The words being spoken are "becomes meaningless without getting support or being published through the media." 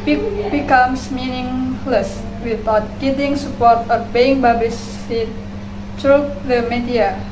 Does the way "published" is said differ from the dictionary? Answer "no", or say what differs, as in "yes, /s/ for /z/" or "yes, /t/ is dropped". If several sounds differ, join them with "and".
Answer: yes, /ʃ/ is dropped